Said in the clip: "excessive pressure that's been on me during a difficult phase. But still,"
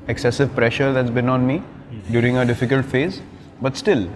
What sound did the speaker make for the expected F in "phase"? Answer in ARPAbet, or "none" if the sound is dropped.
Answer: F